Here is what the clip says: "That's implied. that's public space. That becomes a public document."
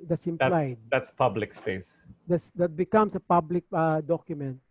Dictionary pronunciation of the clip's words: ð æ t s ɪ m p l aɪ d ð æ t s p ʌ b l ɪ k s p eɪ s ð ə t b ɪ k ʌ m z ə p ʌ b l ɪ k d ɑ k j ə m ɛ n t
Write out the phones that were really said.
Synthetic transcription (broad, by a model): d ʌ s ɪ m p l aɪ d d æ t s p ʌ b l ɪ k s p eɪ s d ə t b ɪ k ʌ m s ə p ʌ b l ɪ k d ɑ k j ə m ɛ n t